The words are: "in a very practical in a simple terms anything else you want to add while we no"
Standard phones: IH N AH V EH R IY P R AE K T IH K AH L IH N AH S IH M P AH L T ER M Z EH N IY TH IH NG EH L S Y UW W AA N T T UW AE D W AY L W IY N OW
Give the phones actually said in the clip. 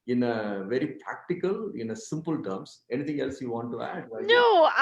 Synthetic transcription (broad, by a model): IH N AH V EH R IY P R AE K T IH K AH L IH N AH S IH M P AH L T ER M S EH N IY T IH NG EH L S Y UW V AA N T T UW AE D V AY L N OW